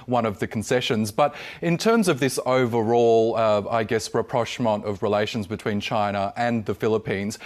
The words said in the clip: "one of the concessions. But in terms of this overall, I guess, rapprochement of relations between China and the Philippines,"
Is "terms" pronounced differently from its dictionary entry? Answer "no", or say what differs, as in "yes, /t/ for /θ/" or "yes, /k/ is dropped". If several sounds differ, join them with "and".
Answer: no